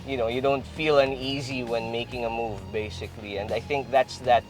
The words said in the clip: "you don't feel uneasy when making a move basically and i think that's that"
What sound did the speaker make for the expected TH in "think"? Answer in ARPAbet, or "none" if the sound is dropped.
TH